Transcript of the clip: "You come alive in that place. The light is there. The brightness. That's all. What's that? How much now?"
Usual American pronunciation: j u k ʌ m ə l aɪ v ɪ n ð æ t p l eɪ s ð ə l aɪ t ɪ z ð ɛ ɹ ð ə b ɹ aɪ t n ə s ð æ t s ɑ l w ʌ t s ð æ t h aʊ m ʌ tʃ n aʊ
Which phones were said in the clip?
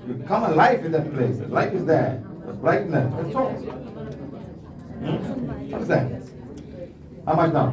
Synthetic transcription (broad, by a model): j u k ʌ m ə l aɪ f ɪ n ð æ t p l eɪ s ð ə l aɪ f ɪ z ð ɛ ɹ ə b l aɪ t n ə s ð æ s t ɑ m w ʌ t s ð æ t h aʊ m ʌ tʃ n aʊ